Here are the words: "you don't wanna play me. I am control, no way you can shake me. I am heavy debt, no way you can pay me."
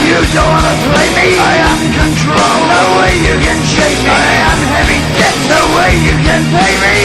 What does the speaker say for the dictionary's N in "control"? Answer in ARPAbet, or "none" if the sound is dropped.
N